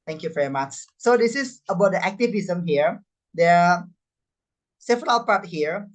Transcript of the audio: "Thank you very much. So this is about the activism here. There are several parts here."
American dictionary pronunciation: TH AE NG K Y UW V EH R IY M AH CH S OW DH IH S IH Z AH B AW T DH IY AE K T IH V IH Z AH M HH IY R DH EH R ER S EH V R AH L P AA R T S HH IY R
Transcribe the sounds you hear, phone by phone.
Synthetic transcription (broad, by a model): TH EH NG K Y UW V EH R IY M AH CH S OW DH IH S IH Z AH B AW T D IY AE K T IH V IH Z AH M HH IY R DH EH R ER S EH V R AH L P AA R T HH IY R